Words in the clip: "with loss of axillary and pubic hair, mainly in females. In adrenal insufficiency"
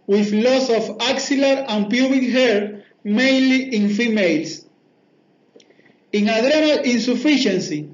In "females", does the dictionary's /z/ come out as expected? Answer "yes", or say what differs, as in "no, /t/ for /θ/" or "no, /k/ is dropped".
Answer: no, /s/ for /z/